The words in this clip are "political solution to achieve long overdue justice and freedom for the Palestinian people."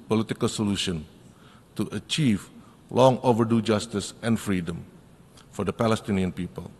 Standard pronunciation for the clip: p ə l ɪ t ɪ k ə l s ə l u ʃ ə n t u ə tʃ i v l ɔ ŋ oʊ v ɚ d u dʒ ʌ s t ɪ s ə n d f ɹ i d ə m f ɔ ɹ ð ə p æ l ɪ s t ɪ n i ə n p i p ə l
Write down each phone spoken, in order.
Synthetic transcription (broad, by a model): p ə l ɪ t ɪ k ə l s ə l u ʃ ə n t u ə tʃ i v l ɔ ŋ oʊ v ɚ d u dʒ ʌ s t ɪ s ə n f ɹ i d ə m f ɔ ɹ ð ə p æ l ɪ s t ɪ n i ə n p i p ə l